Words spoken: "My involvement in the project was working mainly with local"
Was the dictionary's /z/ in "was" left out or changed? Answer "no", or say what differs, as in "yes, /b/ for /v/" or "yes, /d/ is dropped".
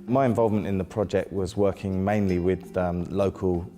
no